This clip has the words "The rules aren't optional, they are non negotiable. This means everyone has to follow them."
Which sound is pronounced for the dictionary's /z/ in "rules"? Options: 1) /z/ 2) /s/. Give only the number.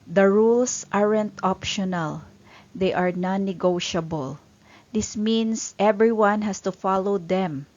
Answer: 2